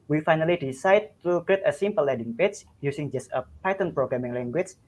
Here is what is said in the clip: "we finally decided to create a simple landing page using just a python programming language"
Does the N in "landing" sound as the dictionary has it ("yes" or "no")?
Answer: no